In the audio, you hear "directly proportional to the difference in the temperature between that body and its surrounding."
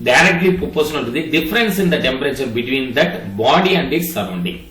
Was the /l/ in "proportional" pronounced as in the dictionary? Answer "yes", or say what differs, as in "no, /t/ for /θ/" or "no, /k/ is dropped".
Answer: no, /n/ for /l/